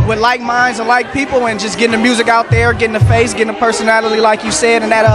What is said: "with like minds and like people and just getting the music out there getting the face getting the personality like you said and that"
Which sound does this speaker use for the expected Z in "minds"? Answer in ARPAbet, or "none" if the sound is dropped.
Z